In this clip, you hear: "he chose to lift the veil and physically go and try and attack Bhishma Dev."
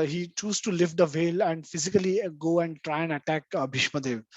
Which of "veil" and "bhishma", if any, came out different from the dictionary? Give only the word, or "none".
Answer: none